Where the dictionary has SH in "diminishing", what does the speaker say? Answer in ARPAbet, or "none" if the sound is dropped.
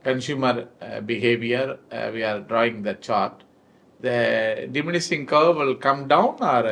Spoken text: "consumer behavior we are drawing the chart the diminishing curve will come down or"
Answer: S